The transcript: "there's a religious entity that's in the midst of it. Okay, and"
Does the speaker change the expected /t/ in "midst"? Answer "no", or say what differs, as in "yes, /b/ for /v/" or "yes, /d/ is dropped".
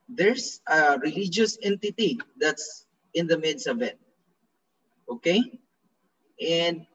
yes, /t/ is dropped